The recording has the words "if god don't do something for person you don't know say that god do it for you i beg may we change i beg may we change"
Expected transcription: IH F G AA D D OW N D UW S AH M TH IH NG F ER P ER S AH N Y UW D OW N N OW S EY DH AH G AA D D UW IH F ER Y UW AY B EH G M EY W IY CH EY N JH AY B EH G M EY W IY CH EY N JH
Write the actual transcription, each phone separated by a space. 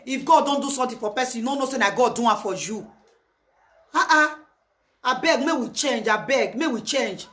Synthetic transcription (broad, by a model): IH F G AA D D OW N D UW S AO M T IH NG F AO P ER S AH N Y UW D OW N N OW S EY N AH G AA D D UW IH F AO Y UW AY B EH G M EY W IY CH EY N JH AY B EH G M EY W IY CH EY N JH